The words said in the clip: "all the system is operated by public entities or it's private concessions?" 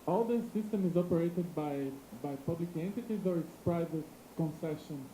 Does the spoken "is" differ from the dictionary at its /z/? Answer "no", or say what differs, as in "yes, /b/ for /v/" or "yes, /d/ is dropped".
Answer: no